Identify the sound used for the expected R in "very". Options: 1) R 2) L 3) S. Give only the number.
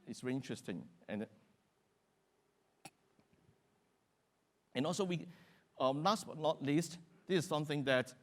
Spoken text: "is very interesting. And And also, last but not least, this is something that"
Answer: 2